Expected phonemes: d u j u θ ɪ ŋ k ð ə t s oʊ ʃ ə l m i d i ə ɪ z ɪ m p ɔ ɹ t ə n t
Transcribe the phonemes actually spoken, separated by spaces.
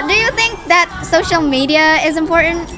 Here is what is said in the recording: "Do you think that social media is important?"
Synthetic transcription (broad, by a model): d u j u θ ɪ ŋ k ð ə t s oʊ ʃ ə l m i d i ə ɪ z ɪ m p ɔ ɹ t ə n t